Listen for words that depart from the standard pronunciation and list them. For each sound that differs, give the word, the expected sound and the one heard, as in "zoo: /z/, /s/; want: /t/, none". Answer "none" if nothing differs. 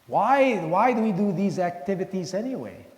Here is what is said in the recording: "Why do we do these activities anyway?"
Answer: none